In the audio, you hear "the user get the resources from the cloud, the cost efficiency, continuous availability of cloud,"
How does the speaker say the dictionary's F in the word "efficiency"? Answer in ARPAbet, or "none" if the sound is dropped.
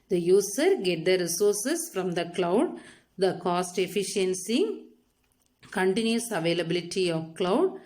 F